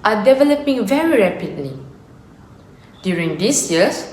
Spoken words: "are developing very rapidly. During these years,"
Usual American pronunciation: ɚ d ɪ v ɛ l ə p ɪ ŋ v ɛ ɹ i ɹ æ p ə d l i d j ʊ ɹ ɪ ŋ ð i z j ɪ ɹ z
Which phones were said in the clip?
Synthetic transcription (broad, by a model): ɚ d ɪ v ɛ l ə p ɪ ŋ v ɛ ɹ i ɹ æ p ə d l i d j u ɹ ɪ ŋ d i s j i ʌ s